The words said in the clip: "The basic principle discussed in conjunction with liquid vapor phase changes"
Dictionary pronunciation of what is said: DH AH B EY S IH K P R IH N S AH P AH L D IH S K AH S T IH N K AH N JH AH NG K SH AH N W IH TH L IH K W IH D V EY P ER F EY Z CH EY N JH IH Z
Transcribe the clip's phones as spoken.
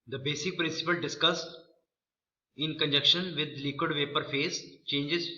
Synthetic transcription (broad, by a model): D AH B EY S IH K P R IH N S AH P AH L D IH S K AH S T IH N K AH N JH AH K SH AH N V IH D L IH K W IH D V EY P ER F EY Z CH EY N JH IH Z